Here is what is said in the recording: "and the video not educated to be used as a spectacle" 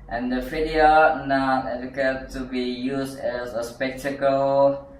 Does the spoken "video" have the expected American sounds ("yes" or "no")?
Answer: no